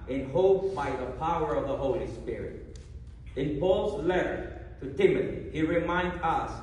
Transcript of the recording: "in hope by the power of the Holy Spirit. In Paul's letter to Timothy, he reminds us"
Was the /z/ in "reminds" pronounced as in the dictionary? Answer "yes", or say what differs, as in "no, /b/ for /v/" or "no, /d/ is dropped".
no, /z/ is dropped